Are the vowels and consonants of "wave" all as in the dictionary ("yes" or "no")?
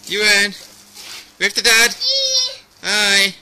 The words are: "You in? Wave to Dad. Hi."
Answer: no